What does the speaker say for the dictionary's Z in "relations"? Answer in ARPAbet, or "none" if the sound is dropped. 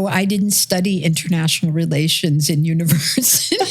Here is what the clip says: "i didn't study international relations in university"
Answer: Z